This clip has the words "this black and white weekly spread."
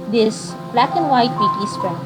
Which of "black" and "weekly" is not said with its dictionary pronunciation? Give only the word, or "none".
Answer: weekly